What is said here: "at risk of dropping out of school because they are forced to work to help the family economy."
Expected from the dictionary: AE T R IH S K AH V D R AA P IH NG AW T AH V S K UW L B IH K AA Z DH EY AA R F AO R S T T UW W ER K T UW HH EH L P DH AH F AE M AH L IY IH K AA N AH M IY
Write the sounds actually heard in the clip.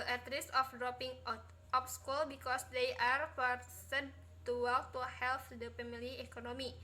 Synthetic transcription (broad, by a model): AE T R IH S AH F D R AA P IH NG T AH P S K UW L B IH K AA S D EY AA R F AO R S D T UW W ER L T UW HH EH L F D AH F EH M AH L IY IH K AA N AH M IY